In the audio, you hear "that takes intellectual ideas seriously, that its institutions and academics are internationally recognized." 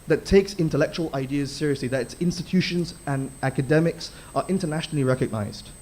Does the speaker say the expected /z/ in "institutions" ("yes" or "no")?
yes